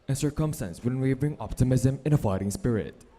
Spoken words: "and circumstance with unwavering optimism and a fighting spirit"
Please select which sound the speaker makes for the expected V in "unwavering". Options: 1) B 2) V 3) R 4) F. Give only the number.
1